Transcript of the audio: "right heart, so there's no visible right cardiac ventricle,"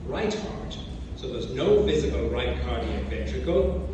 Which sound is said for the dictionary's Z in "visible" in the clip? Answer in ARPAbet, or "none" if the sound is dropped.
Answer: Z